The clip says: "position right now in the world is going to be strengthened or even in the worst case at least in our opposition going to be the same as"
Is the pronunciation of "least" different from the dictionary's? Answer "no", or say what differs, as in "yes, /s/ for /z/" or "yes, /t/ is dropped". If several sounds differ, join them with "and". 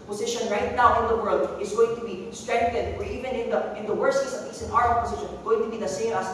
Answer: yes, /t/ is dropped